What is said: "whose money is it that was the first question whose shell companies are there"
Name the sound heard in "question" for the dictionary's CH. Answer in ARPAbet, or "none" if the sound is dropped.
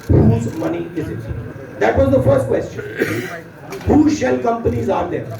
CH